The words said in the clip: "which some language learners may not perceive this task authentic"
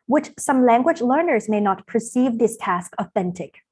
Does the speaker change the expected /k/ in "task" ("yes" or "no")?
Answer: no